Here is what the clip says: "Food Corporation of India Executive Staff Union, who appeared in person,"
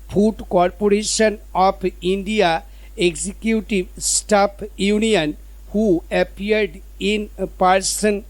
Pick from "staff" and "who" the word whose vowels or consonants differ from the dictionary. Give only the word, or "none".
staff